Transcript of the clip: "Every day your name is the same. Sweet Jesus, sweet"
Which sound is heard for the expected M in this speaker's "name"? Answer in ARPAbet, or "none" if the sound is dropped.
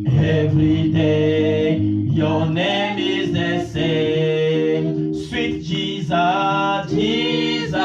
M